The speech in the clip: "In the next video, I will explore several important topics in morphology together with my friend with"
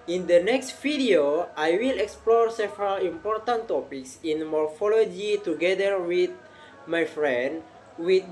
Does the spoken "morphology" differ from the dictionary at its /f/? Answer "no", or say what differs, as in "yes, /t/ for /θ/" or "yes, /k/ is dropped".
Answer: no